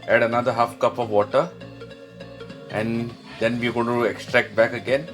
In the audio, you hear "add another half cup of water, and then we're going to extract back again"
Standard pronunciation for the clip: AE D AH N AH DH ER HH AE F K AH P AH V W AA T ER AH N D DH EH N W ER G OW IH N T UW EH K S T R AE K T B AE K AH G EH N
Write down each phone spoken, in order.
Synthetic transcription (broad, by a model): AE D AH N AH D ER HH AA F K AH P AH V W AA T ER AH N D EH N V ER G OW IH N T UW EH K S T R AE K T B AE K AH G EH N